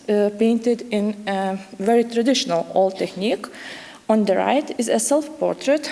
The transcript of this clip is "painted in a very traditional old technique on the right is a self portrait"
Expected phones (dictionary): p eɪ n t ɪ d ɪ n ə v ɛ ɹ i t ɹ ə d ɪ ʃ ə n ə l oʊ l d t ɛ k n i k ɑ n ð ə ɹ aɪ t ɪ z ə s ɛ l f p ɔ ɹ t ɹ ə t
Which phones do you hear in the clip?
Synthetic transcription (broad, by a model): p eɪ n t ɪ d ɪ n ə v ɛ ɹ i t ɹ ə d ɪ ʃ ə n ə l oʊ l t ɛ k n i k ɑ n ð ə ɹ aɪ t ɪ z ə s ɛ l f p ɔ ɹ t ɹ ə t